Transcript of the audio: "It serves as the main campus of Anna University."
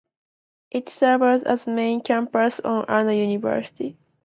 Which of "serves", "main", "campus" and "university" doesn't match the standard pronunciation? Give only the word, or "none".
serves